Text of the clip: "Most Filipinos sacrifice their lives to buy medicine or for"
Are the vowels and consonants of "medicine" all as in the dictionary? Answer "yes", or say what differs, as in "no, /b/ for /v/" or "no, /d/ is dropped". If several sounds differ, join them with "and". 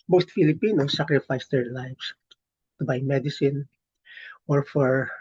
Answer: yes